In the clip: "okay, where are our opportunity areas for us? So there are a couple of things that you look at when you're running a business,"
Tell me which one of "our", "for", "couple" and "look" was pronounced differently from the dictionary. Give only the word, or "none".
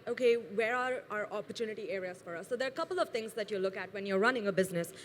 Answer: none